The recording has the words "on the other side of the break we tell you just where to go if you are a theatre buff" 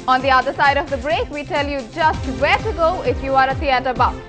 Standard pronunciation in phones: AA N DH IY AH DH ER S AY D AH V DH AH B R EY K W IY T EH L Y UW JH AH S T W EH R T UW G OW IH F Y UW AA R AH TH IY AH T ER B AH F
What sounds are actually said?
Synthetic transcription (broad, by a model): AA N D IY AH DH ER S AY D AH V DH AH B R EY K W IY T EH L Y UW JH AH S T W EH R T UW G OW IH F Y UW AA R AH T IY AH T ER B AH